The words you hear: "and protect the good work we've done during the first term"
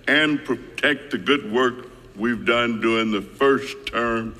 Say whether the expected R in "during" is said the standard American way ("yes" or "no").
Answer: no